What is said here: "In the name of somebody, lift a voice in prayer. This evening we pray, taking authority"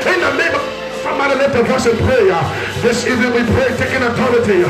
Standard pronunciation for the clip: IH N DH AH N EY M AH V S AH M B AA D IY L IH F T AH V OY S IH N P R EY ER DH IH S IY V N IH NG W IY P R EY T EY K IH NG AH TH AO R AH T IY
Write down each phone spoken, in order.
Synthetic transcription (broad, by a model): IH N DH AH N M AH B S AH M AA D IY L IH T AH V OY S IH N P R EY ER DH IH S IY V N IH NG W IY P R EY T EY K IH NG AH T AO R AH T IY